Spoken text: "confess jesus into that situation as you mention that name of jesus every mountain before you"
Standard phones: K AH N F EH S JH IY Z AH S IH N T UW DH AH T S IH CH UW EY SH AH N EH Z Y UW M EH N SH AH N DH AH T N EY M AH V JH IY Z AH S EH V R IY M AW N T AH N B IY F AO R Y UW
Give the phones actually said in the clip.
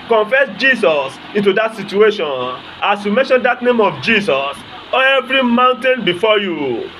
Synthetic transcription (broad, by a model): K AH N F EH S JH IY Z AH S IH N T UW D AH T S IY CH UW EY SH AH N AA S Y UW M EH N SH AH N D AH T N EY M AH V JH IY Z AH S EH V R IY M AW N T AH N B IY F AO Y UW